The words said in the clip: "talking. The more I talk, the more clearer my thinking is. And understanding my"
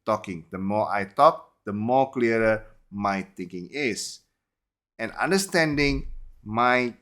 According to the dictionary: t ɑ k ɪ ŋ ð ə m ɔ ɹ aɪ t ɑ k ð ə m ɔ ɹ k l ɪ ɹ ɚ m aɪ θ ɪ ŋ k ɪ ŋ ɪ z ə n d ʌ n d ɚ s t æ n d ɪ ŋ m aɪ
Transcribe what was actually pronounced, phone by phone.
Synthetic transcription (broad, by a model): t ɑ k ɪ ŋ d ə m ɔ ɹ aɪ t ɑ k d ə m ɔ k l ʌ ɹ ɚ m aɪ t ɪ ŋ k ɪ ŋ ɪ s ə n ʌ n d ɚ s t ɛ n d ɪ ŋ m aɪ